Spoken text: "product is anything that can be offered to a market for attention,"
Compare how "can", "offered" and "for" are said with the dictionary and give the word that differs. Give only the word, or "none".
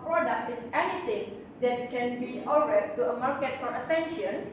offered